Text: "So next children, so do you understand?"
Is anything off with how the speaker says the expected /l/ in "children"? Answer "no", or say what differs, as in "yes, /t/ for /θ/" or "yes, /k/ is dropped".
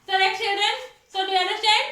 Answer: no